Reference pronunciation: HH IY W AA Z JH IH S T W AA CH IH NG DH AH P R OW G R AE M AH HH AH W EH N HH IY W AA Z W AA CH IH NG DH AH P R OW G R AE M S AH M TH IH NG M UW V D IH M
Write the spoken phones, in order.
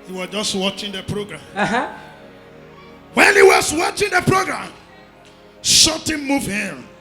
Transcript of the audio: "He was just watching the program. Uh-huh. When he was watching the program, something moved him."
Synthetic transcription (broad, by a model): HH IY W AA JH IH S T W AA CH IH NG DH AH P R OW G R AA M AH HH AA W EH N HH IY W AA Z W AA CH IH NG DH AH P R OW G R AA M SH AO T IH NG M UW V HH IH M